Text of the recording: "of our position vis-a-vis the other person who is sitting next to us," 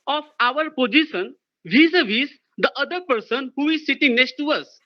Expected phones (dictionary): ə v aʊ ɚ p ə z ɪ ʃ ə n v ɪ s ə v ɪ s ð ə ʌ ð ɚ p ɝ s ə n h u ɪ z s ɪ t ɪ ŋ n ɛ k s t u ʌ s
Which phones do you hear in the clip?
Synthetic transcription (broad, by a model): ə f aʊ ɚ p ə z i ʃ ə n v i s ə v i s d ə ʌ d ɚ p ɝ s ə n h u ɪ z s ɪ t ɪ ŋ n ɛ k s t u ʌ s